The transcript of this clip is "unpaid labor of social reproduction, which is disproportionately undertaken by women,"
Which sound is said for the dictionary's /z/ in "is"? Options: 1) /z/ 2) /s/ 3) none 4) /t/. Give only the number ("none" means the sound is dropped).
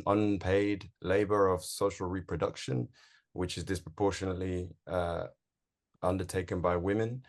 1